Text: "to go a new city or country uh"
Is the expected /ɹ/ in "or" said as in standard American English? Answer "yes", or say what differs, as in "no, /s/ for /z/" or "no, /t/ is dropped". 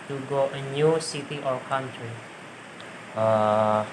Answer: no, /l/ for /ɹ/